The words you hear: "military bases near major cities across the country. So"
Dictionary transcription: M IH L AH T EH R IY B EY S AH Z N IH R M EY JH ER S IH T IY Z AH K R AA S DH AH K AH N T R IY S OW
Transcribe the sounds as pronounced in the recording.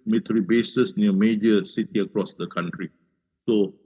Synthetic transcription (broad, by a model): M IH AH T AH R IY B EY S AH S N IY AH M EY JH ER S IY T IY AH K R AA S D AH K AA N T R IY S OW